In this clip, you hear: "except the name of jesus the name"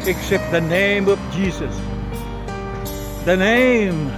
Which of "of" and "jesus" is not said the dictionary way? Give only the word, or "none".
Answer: none